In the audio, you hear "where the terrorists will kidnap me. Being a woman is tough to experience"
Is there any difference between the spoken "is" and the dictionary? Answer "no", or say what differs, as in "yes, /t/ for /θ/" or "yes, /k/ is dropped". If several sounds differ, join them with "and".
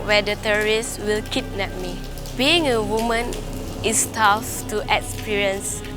yes, /s/ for /z/